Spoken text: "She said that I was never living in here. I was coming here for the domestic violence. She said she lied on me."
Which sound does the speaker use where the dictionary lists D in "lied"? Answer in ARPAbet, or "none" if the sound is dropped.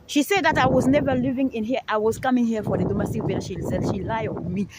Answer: none